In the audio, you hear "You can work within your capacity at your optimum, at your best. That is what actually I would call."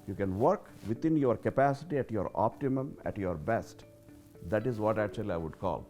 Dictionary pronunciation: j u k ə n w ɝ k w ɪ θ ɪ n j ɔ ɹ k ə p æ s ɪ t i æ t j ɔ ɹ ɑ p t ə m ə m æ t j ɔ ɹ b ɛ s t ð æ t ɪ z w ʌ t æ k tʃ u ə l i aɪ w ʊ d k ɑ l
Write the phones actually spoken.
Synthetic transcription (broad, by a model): j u k ə n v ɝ k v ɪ t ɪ n j ɔ ɹ k ə p æ s ɪ t i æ t j ɔ ɹ ɑ p t ə m ə m æ t j ɔ ɹ b ɛ s t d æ t ɪ z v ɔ t æ k tʃ u ə l i aɪ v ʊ d k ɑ l